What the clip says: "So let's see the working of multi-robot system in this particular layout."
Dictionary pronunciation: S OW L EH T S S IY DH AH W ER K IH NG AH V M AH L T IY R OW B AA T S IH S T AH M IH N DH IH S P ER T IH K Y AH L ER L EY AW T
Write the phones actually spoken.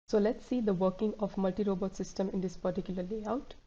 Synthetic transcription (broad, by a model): S OW L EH T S S IY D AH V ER K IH NG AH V M AH L T IY R OW B AA T S IH S T AH M IH N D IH S P ER T IH K Y AH L ER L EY AW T